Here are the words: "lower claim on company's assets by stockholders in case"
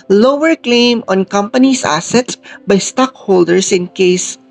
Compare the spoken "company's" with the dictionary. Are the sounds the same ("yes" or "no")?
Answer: no